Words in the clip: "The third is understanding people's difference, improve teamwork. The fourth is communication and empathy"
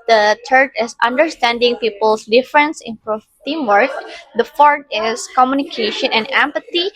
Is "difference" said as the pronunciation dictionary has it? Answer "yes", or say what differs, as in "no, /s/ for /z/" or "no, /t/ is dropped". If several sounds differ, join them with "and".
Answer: yes